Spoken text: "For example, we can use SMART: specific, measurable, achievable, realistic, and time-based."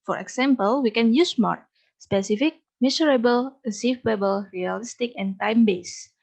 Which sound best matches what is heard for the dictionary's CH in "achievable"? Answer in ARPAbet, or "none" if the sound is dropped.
S